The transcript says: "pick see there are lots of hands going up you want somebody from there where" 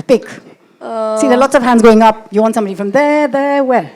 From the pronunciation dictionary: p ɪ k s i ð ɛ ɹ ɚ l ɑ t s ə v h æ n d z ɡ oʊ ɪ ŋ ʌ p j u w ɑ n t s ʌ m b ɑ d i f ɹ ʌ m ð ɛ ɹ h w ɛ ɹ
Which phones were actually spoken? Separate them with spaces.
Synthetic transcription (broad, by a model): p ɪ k s i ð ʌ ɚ l ɑ t s ə v h æ n d z ɡ oʊ ɪ ŋ ʌ p j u w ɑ n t s ʌ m b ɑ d i f ɹ ʌ m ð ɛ ɹ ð w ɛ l